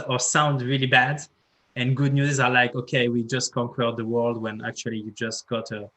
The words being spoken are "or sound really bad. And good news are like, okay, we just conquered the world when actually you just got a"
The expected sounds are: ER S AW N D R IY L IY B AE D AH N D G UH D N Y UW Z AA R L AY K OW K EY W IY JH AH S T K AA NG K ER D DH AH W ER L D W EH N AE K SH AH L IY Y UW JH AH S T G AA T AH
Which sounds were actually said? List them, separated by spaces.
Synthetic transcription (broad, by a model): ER S AW N D R IY L IY B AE D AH N G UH D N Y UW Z AA R L AY K OW K EY W IY JH AH S T K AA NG K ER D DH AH W ER L D W EH N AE K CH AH L IY Y UW JH AH S T G AA T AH